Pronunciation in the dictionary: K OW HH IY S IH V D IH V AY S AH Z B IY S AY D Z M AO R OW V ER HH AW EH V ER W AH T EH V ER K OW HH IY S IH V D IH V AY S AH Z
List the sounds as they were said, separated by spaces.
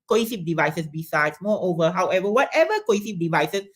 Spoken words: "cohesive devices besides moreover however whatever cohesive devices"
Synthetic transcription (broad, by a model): K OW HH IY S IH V D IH V AY S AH S B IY S AY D S M AO OW V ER HH AW EH V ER W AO T EH V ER K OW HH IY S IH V D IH V AY S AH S